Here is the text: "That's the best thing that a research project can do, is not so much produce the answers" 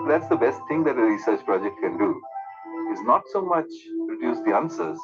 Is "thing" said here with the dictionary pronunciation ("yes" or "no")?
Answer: no